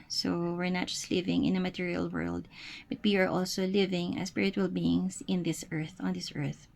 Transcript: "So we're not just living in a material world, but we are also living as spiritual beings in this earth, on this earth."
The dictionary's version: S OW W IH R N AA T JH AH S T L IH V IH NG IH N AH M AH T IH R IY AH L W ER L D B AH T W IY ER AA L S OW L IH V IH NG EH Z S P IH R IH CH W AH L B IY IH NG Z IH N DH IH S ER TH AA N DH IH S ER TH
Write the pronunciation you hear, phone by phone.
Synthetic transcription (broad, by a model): S OW W IH R N AA T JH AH S T L IH V IH NG IH N AH M AH T IH R IY AH L W ER L D B AH T W IY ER AA L S OW L IH V IH NG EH S P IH R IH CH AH L B IY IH NG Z IH N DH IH S ER TH AA N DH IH S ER TH